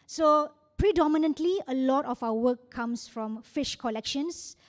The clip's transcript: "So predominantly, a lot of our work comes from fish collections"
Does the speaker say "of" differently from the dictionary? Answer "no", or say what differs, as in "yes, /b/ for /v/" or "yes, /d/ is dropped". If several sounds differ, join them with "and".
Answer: yes, /f/ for /v/